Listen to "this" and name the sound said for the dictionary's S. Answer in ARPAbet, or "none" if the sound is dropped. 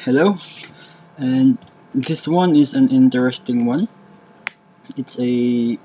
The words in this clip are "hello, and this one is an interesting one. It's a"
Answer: S